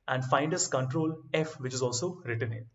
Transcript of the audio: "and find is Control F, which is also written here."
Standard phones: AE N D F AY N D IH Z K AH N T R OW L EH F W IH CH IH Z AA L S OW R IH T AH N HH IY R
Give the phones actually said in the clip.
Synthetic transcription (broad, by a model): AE N D F AY N D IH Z K AH N T R OW L EH F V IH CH IH Z AA L S OW R IH T AH N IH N